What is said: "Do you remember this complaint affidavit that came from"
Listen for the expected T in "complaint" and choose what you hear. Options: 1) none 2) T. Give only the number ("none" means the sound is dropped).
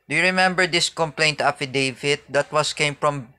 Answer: 2